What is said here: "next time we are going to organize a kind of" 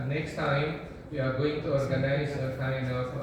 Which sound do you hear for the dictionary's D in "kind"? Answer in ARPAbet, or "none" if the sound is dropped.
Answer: none